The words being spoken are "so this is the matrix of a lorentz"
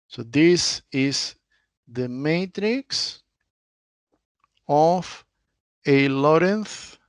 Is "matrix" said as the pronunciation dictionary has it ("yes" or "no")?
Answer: yes